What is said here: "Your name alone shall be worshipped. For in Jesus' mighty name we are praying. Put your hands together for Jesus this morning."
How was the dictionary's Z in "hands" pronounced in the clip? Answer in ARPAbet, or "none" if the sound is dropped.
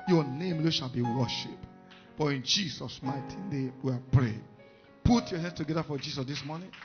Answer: S